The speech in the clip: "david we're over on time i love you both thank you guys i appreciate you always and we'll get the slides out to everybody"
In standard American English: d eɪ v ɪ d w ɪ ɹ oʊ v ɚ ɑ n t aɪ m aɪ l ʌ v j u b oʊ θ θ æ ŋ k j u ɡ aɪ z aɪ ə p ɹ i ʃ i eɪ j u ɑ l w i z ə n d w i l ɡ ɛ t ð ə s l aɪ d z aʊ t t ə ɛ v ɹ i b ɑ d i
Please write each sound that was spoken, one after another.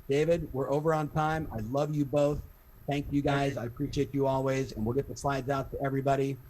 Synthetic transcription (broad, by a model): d eɪ v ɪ d w ɪ ɹ oʊ v ɚ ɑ n t aɪ m aɪ l ʌ v j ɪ b oʊ θ θ æ ŋ k j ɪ ɡ aɪ z aɪ ə p ɹ i ʃ i eɪ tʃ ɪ ɑ l w i z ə n w i l ɡ ɛ t ð ə s l aɪ d z aʊ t t ə ɛ v ɹ i b ɑ d i